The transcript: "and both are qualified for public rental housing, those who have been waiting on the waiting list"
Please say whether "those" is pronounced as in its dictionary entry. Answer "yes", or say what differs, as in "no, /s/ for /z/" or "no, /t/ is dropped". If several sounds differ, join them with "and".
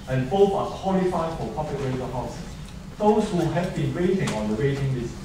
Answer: no, /s/ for /z/